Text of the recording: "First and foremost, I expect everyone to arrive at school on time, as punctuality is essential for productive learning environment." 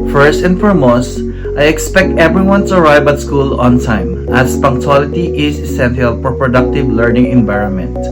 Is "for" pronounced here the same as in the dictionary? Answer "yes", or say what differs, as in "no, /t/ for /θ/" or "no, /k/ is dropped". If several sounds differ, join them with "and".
no, /p/ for /f/